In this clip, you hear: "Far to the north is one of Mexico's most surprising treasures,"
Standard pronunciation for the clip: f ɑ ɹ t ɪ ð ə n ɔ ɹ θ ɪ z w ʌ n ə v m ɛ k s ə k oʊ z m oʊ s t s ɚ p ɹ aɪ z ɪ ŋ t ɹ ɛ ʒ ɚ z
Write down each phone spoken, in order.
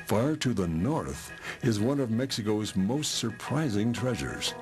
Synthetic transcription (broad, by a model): f ɑ ɹ t ɪ ð ə n ɔ ɹ θ ɪ z w ʌ n ə v m ɛ k s ə k oʊ z m oʊ s t s ɚ p ɹ aɪ z ɪ ŋ t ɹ ɛ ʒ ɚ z